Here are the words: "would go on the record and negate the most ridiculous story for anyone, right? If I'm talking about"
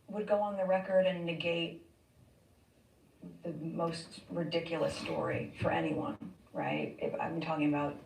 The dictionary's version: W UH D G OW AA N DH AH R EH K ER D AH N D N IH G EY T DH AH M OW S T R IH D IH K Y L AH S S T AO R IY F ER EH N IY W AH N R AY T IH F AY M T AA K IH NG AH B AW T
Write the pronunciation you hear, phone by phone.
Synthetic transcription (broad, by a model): W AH D G OW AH N DH AH R EH K ER D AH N N IH G EY T DH AH M OW S T R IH D IH K Y L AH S S T AO R IY F ER EH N IY W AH N R AY T IH F AY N T AA K IH NG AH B AW T